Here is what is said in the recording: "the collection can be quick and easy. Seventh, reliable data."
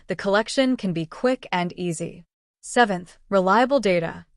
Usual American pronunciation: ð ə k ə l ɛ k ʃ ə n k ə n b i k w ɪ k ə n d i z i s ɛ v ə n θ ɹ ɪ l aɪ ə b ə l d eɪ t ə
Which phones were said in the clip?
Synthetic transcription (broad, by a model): ð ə k ə l ɛ k ʃ ə n k ə n b i k w ɪ k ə n i z i s ɛ v ə n θ ɹ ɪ l aɪ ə b l d eɪ t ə